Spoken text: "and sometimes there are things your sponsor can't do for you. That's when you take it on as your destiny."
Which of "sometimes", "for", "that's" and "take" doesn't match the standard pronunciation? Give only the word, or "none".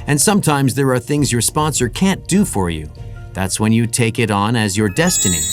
none